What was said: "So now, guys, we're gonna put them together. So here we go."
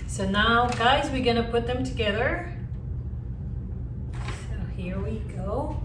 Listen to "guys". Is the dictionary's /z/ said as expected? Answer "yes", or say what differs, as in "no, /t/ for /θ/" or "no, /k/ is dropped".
yes